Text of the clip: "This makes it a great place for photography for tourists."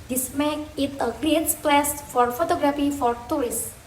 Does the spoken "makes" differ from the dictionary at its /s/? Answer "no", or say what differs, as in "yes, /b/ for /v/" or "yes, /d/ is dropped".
yes, /s/ is dropped